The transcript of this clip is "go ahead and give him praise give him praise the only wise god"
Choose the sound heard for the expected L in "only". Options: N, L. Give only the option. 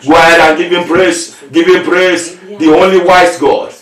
L